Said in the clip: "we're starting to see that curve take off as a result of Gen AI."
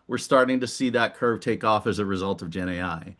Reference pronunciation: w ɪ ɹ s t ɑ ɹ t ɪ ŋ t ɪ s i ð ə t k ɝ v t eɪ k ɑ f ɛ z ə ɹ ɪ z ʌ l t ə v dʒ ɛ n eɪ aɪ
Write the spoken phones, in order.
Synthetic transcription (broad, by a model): w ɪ ɹ s t ɑ ɹ t ɪ ŋ t ɪ s i ð ə t k ɝ v t eɪ k ɑ f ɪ z ə ɹ ɪ z ʌ l t ə v dʒ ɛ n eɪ aɪ